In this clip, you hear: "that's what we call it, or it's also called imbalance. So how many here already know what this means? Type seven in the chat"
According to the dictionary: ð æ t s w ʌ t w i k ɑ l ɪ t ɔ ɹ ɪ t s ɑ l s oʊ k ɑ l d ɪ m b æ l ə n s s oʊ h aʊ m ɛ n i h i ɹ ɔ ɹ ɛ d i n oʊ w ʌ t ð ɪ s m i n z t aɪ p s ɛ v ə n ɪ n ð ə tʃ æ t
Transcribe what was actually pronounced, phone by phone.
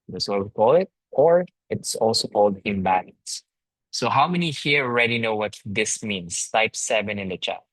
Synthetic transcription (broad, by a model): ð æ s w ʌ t w i k ɑ l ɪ t ɔ ɹ ɪ t s ɑ l s oʊ k ɑ l d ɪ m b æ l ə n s s oʊ h aʊ m ɛ n i h i ɹ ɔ ɹ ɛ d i n oʊ w ʌ t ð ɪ s m i n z t aɪ p s ɛ v ə n ɪ n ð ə tʃ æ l